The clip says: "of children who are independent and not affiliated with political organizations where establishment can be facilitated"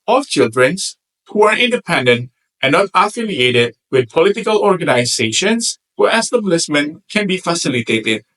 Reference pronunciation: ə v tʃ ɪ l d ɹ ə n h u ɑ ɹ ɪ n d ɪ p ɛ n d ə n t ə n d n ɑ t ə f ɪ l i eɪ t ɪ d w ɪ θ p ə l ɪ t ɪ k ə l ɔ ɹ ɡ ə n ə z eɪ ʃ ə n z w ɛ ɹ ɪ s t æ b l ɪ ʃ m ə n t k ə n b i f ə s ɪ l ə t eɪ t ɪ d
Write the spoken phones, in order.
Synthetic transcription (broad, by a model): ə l tʃ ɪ l d ɹ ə n h u ɑ ɹ ɪ n d ɪ p ɛ n d ə n t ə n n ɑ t ə f ɪ l i eɪ t ɪ d w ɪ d p ə l ɪ t ɪ k ə l ɔ ɹ ɡ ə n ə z eɪ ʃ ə n s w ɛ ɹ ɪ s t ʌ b l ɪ s m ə n k ə n b i f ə s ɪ l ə t eɪ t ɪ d